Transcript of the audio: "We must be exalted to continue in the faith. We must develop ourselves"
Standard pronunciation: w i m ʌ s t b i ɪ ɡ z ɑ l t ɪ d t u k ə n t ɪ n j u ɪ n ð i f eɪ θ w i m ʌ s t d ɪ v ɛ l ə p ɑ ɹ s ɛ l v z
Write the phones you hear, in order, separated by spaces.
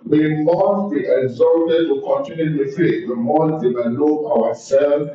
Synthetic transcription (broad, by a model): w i m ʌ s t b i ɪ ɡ z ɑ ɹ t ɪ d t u k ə n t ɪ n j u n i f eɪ t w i m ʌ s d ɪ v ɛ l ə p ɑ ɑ s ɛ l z